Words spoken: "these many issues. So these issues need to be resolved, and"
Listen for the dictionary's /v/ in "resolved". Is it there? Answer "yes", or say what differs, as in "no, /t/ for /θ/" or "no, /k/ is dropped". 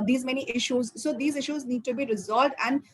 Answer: yes